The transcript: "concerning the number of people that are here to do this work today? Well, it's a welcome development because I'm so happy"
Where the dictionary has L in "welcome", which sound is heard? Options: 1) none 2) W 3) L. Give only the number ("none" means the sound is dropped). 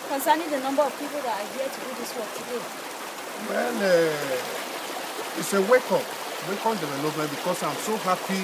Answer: 2